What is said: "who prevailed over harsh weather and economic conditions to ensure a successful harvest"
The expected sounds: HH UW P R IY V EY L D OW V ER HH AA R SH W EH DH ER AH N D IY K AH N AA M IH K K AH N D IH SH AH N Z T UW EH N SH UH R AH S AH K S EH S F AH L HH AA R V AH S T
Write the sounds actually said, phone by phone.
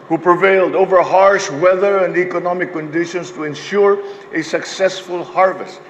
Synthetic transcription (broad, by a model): HH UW P R IY V EY L D OW V ER HH AA R SH W EH DH ER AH N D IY K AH N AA M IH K K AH N D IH SH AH N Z T UW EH N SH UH R AH S AH K S EH S F AH L HH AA R V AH S T